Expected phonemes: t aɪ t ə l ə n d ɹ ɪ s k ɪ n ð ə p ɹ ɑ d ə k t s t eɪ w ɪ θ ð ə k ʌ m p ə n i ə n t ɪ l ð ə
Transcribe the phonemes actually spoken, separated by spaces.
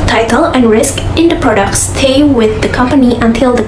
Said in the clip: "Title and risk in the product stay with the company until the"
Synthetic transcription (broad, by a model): t aɪ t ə l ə n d ɹ ɪ s k ɪ n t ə p ɹ ɑ d ə k t s t eɪ w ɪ ð ə k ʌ m p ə n i ə n t ɪ l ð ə